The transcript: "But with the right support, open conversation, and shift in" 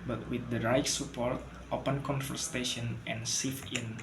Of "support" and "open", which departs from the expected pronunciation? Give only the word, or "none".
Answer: none